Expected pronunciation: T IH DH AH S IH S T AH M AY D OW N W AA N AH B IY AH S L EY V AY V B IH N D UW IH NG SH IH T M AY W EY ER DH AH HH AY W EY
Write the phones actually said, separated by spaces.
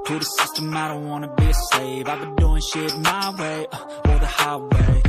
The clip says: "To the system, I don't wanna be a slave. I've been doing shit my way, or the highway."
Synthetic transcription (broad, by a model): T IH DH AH S IH S T AH M AY D OW N W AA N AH B IY AH S EY V AY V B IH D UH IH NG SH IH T M AY W EY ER DH AH HH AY W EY